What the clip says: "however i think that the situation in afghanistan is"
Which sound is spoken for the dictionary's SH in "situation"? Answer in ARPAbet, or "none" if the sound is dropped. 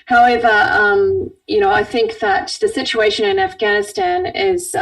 SH